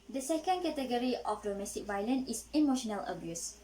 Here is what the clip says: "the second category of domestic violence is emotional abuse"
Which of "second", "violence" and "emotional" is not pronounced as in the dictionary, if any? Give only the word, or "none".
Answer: violence